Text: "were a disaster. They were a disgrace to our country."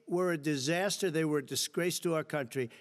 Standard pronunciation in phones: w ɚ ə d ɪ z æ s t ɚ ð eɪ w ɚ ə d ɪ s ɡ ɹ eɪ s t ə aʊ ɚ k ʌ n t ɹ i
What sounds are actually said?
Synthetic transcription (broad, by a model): w ɚ ə d ɪ z æ s t ɚ ð eɪ w ɚ d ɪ s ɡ ɹ eɪ s t ə aʊ ɚ k ʌ n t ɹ i